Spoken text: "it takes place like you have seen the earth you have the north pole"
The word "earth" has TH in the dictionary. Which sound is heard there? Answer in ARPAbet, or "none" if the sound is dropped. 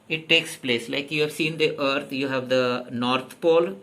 T